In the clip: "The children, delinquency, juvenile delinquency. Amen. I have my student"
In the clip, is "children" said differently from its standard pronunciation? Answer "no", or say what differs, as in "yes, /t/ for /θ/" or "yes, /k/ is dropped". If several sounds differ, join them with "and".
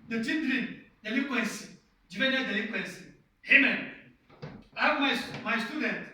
yes, /n/ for /l/